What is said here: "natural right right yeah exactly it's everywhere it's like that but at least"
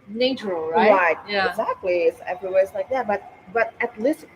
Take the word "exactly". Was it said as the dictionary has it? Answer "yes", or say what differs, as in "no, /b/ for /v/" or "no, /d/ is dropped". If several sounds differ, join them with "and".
yes